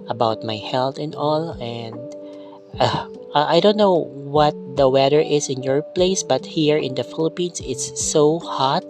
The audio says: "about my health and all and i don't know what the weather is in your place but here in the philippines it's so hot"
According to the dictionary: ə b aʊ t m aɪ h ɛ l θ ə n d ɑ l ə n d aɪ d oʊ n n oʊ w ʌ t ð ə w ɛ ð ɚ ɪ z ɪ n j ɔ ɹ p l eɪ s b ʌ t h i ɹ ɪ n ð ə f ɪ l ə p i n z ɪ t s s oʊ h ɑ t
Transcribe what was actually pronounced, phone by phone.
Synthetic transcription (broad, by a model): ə b aʊ t m aɪ h ɛ l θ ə n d ɑ l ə n d aɪ d oʊ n n oʊ w ʌ t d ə w ɛ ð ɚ ɪ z ɪ n j ɔ ɹ p l eɪ s b ʌ t h i ɹ ɪ n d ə f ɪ l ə p i n s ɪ t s s oʊ h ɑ t